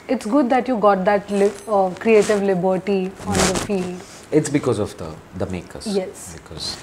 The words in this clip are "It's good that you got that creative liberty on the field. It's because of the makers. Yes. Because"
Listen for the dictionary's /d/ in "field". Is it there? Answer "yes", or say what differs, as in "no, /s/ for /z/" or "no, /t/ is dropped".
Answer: yes